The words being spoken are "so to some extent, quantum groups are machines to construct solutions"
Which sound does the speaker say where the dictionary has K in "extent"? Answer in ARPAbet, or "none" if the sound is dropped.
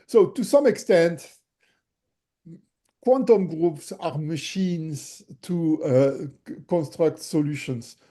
K